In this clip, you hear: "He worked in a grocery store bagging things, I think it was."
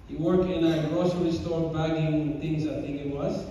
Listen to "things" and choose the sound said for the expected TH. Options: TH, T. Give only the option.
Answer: T